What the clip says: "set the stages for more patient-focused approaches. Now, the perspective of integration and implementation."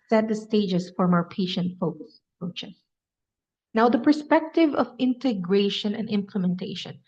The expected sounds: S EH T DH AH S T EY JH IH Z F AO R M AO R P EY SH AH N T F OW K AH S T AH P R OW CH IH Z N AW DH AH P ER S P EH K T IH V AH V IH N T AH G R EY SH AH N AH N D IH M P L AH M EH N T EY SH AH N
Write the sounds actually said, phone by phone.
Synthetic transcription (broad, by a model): S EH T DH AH S T EY JH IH S F AO R M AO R P EY SH AH N T F OW K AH S AH P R OW CH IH S N AW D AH P ER S P EH K T IH V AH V IH N T AH G R EY SH AH N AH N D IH M P L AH M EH N T EY SH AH N